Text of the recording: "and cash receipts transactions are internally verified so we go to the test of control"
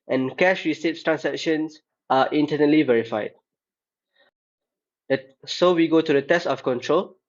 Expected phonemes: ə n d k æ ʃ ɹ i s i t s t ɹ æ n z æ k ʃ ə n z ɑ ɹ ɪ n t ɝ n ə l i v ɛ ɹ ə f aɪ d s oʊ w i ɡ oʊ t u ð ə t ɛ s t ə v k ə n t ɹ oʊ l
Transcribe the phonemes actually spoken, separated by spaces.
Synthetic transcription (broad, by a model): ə n k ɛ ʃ ɹ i s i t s t ɹ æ n s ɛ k ʃ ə n s ɑ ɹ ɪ n t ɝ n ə l i v ɛ ɹ ə f aɪ d s oʊ w i ɡ oʊ t u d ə t ɛ s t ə f k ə n t ɹ oʊ l